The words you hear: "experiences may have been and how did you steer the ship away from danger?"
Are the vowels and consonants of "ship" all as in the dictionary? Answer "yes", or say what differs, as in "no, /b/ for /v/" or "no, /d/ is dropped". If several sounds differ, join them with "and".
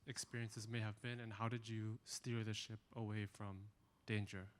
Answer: yes